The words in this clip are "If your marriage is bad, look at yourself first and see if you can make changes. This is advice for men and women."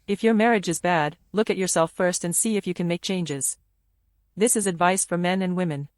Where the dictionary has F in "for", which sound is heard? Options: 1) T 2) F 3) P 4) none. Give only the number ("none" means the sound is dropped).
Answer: 2